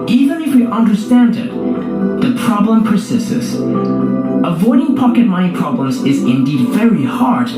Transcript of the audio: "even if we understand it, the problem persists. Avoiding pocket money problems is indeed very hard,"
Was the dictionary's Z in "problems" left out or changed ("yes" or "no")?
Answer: no